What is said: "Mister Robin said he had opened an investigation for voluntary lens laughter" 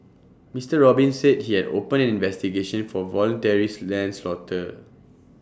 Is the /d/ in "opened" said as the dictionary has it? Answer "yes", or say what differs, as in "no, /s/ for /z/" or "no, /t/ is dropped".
no, /d/ is dropped